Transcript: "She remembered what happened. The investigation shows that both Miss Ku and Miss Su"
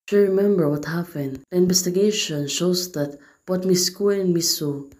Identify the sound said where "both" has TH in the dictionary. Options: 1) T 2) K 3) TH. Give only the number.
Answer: 1